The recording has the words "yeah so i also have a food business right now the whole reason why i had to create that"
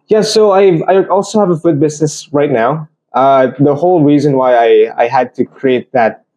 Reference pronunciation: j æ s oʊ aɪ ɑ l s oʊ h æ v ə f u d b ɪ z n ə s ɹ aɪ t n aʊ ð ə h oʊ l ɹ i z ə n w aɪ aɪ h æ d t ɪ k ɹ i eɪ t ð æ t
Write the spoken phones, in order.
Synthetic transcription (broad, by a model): j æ s oʊ aɪ ɑ l s oʊ h æ v ə f u d b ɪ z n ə s ɹ aɪ t n aʊ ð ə h oʊ l ɹ i z ə n w aɪ aɪ h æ d t ɪ k ɹ i eɪ t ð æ t